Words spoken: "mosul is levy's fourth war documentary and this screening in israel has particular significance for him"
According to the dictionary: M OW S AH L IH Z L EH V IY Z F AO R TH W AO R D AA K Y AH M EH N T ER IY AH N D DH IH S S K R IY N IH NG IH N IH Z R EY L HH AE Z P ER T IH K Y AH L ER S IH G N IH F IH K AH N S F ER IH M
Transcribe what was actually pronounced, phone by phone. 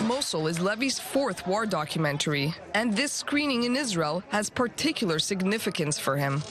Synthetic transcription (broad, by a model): M OW S L IH Z L EH V IY Z F AO R TH W AO R D AA K Y AH M EH N T ER IY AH N DH IH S S K R IY N IH NG IH N IH Z R EY L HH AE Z P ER T IH K Y L ER S IH G N IH F IH K AH N S F ER IH M